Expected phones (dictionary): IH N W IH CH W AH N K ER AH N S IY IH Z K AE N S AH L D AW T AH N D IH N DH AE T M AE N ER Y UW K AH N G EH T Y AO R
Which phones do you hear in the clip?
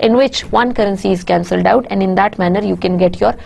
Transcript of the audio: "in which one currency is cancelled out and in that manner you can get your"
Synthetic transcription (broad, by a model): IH N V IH CH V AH N K ER AH N S IY IH Z K AE N S AH L D AW T AH N D IH N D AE T M AE N ER Y UW K AH N G EH T Y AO R